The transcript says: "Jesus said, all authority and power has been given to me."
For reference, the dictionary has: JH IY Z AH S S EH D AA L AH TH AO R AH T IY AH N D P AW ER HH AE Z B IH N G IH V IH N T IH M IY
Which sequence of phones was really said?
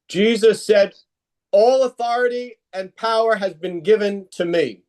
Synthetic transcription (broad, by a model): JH IY Z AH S S EH D AA L AH TH AO R AH T IY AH N P AW ER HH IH Z B IH N G IH V IH N T IH M IY